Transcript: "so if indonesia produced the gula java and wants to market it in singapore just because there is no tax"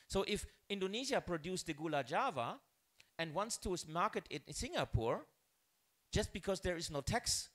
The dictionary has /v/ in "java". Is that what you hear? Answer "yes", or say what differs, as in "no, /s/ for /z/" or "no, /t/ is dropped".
yes